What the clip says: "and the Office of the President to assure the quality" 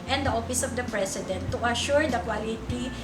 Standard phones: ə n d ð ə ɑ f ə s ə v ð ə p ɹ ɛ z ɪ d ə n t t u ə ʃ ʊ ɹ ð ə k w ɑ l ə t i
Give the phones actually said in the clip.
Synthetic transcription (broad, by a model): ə n d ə ɑ f ə s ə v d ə p ɹ ɛ s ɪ d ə n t t u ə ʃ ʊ ɹ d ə k w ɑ l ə t i